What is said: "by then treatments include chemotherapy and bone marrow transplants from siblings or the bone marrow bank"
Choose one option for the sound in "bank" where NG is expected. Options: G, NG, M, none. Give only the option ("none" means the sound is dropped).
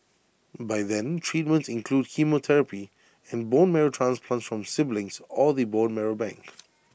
NG